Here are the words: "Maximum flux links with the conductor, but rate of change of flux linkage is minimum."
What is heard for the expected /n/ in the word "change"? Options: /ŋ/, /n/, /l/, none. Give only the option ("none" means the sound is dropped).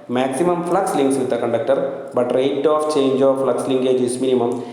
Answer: /n/